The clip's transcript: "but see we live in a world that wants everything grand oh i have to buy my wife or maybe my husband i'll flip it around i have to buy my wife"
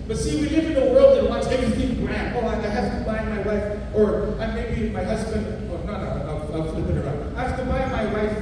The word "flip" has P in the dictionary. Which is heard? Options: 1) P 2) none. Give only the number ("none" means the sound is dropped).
2